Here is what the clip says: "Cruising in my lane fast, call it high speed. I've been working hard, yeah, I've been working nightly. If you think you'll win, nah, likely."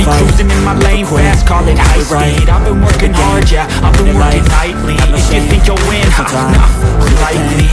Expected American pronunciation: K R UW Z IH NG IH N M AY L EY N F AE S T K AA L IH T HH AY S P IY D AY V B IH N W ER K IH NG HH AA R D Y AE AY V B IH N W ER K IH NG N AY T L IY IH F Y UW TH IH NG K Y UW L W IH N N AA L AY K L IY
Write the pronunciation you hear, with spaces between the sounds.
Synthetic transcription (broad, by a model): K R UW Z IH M IH N M AY L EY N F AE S K AA L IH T HH AY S IY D AY V B IH N W ER K IH NG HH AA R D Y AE AY V B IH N W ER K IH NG N AY T L IY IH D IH TH IH NG K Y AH W IH N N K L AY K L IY